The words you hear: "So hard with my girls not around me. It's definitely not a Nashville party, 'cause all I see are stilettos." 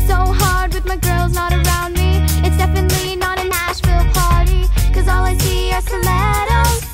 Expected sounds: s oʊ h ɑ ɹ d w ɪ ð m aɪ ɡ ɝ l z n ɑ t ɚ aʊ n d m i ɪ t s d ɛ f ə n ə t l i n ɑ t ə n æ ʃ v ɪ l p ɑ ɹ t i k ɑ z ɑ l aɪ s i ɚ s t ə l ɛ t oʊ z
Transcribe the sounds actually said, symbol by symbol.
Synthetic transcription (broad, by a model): s oʊ h ɑ ɹ d w ɪ ð m aɪ ɡ ɝ l z n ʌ t ɚ aʊ n d m i ɪ t s d ɛ f ə n ə t l i n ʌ t ə n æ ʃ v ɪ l p ɑ ɹ t i k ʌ z ɑ l aɪ s i ɚ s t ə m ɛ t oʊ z